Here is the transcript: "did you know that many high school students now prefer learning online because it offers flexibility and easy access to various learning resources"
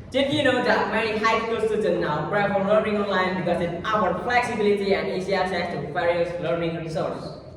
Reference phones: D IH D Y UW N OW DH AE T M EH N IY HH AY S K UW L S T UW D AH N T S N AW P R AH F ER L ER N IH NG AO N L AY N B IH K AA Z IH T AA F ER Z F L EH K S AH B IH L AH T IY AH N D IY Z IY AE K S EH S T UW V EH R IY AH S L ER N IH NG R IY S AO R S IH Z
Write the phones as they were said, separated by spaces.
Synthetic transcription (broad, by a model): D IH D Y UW N OW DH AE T M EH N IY HH AY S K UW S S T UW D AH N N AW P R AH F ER L ER N IH NG AO N L AY N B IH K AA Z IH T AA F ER F L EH K S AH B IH L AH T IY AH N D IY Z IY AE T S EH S T UW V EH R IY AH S L ER N IH NG R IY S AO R S